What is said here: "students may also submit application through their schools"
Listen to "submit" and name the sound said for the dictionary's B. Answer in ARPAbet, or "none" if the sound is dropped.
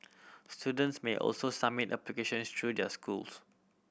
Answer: none